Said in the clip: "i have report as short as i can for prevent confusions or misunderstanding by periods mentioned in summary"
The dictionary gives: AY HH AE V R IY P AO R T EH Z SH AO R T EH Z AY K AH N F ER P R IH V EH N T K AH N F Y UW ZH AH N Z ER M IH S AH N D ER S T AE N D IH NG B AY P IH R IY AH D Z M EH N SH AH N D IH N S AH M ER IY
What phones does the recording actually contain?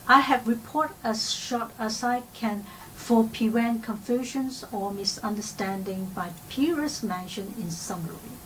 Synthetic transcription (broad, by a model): AY HH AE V R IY P AO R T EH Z SH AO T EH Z AY K AH N F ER P IH W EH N K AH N F Y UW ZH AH N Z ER M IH S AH N D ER S T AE N D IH NG B AY P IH R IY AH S M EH N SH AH N IH N S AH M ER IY